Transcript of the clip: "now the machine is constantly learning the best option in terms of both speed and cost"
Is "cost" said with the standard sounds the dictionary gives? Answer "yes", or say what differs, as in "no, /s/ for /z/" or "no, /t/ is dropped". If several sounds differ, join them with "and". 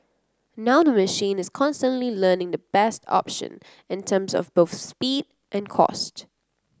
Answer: yes